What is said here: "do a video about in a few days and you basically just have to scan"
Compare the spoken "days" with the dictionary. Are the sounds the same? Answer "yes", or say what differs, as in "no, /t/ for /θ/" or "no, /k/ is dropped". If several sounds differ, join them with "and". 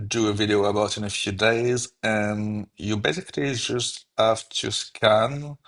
yes